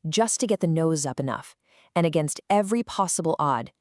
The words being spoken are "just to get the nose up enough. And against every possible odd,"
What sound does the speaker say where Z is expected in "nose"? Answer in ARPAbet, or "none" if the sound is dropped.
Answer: Z